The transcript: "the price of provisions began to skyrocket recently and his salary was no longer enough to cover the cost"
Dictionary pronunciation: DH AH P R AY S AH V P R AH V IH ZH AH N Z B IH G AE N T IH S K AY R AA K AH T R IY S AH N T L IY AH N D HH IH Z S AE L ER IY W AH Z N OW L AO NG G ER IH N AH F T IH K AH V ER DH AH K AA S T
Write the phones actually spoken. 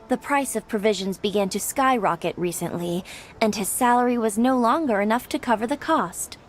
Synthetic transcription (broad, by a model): DH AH P R AY S AH V P R AH V IH ZH AH N Z B IH G AE N T IH S K AY R AA K AH T R IY S AH N T L IY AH N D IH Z S AE L ER IY W AH Z N OW L AO NG G ER IH N AH F T IH K AH V ER DH AH K AA S T